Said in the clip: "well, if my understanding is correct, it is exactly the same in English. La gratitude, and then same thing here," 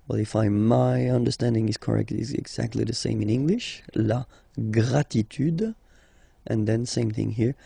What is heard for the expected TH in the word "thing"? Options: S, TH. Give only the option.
TH